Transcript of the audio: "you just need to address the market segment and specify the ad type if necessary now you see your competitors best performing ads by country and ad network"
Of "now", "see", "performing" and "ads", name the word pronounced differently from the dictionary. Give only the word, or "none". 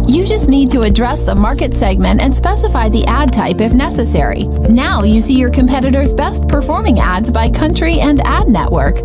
none